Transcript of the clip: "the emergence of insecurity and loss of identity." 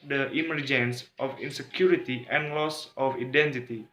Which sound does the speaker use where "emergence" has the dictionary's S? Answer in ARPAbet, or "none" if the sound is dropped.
S